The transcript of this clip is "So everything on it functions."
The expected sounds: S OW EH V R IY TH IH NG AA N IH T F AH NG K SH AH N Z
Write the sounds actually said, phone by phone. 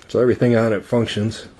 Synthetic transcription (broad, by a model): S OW EH V R IY TH IH NG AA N IH T F AH NG K SH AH N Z